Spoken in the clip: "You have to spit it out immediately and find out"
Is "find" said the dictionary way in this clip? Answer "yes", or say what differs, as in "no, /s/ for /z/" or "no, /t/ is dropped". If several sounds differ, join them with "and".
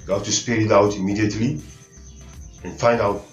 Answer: yes